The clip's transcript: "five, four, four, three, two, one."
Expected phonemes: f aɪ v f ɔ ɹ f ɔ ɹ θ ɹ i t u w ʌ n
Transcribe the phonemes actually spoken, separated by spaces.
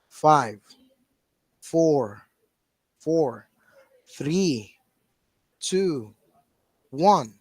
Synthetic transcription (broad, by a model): f aɪ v f ɔ ɹ f ɔ ɹ θ ɹ i t u w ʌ n